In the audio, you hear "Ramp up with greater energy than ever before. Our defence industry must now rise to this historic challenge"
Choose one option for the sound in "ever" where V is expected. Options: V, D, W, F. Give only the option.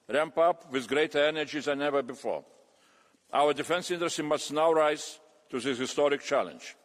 V